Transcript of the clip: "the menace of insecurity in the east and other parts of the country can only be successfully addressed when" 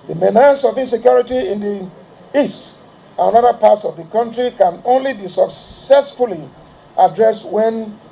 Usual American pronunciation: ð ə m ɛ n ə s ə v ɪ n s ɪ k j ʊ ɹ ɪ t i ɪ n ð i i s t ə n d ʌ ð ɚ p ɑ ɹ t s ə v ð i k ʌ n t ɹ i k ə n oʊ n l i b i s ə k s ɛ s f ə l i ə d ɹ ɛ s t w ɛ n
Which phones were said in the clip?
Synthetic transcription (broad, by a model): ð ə m ɛ n ə s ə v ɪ n s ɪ k j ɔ ɹ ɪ t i ɪ n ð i i s t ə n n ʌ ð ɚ p ɑ t s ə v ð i k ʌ n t ɹ i k ə n oʊ n l i b i s ə k s ɛ s f ə l i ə d ɹ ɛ s w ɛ n